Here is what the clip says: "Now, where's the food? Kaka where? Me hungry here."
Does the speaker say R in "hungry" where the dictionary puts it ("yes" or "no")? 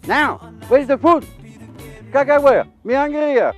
no